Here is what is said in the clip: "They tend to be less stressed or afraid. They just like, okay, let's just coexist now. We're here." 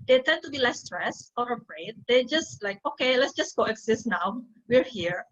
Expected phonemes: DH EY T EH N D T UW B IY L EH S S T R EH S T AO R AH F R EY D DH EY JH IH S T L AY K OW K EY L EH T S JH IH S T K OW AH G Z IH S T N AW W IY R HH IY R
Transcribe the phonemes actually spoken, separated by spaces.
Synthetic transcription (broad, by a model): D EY T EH N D T UW B IY L EH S S T R EH S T AO R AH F R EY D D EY JH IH S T L AY K OW K EY L EH T S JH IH S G OW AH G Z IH S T N AW W IY R HH IY R